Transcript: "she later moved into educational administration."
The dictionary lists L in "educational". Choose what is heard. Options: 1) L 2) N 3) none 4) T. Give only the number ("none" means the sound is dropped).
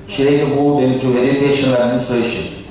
2